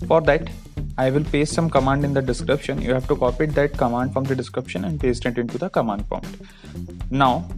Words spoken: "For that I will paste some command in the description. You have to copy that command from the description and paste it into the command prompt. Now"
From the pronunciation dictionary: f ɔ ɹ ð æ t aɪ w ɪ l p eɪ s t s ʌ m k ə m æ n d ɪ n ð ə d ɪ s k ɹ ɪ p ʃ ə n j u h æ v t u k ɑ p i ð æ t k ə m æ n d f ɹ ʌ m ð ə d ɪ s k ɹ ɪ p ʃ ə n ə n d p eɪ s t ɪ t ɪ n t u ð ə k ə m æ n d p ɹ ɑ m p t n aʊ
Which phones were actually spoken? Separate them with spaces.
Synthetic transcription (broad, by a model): f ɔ ɹ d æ t aɪ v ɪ l p eɪ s s ʌ m k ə m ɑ n d ɪ n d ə d ɪ s k ɹ ɪ p ʃ ə n j u h æ v t u k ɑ p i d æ t k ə m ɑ n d f ɹ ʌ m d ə d ɪ s k ɹ ɪ p ʃ ə n ə n d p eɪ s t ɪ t ɪ n t u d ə k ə m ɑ n d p ɑ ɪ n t n aʊ